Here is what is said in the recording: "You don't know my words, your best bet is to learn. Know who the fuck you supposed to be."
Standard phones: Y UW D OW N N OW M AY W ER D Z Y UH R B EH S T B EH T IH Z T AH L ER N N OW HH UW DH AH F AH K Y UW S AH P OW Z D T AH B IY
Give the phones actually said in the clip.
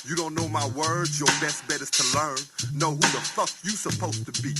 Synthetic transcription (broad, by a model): Y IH D OW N N OW M AY W ER D Z Y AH R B EH S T B EH T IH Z T AH L ER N N OW HH UW DH AH F AH K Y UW S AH P OW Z T AH B IY